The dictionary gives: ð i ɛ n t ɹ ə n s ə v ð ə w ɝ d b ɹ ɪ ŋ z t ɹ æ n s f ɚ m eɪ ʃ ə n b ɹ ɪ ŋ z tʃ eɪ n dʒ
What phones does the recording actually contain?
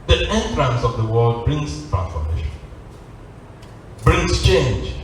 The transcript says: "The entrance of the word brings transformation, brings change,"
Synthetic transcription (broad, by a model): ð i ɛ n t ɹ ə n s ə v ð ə w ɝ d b ɹ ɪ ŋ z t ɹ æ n f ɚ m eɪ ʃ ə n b ɹ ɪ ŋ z tʃ eɪ n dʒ